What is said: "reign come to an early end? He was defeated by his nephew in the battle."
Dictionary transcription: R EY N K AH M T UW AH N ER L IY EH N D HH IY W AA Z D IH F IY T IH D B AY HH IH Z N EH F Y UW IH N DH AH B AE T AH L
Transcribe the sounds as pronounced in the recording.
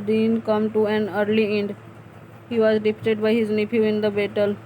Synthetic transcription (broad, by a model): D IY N K AH M T UW AH N ER L IY EH N D HH IY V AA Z D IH P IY T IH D B AY HH IH Z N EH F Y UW IH N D AH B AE T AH L